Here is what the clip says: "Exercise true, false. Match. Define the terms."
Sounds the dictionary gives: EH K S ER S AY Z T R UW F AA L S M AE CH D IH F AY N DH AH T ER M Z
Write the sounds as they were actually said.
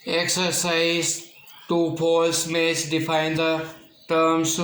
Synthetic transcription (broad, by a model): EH K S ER S AY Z T UW P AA L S M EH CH D IH F AY N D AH T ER M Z